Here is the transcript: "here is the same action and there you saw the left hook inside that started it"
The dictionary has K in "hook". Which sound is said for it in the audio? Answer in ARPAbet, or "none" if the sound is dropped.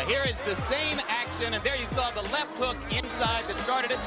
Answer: K